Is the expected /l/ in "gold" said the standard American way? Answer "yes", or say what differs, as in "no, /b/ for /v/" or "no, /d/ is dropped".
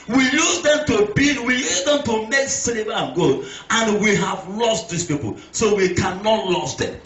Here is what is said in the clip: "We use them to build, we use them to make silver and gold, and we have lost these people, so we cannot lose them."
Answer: no, /l/ is dropped